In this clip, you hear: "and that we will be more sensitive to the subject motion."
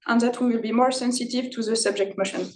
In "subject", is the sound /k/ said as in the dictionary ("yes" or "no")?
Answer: yes